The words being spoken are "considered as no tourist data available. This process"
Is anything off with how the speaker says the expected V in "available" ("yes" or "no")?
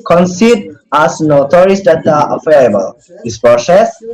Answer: yes